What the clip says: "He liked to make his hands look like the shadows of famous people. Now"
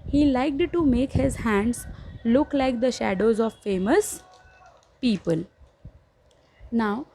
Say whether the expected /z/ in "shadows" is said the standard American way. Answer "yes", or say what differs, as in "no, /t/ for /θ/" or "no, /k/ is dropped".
yes